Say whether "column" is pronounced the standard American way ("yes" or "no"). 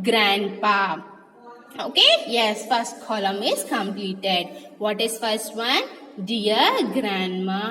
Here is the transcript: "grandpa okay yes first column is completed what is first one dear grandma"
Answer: yes